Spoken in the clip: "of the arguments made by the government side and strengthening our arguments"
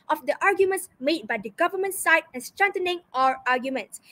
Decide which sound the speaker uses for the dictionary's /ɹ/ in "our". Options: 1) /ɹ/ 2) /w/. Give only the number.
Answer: 1